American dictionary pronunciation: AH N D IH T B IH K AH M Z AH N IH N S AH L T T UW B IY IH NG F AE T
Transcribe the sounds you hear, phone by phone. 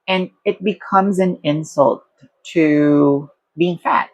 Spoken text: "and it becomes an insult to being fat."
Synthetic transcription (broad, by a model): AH N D IH T B IH K AH M Z AH N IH N S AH L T T UW B IY IH NG F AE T